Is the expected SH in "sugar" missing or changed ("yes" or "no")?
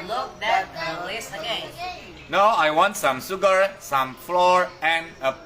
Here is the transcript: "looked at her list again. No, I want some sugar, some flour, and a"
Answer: yes